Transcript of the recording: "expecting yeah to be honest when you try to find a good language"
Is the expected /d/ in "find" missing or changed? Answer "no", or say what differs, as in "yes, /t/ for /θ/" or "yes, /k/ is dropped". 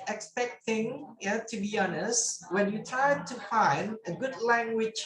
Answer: no